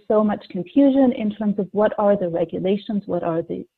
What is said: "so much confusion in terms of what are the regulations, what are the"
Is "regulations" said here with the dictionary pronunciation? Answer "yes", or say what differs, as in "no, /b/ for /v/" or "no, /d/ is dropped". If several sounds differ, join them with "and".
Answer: yes